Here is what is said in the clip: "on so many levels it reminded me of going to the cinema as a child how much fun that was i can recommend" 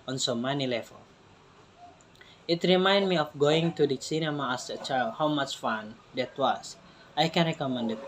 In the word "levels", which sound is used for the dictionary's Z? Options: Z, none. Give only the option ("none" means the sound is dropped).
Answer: none